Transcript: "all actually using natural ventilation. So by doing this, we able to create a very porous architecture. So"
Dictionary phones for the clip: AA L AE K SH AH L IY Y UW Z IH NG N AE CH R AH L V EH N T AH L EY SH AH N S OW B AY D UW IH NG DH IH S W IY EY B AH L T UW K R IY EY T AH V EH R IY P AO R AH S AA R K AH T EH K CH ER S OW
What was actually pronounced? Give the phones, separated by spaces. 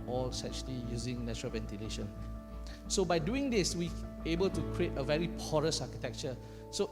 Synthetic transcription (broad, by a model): AA L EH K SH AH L IY Y UW Z IH NG N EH CH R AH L V EH N T AH L EY SH AH N S OW B AY D UW IH NG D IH S W IY EY B AH L T UW K R IY EY T AH V EH R IY P AO R AH S AA K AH T EH K CH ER S OW